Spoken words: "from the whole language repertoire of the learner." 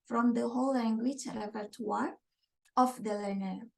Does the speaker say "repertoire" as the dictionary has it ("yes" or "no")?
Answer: no